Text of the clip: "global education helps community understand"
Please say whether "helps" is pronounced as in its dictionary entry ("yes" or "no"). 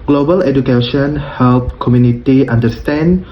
no